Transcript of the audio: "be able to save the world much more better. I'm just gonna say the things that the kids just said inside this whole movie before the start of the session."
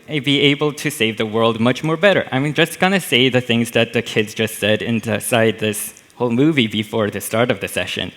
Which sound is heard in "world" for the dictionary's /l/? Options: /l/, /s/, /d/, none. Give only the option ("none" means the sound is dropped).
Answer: /l/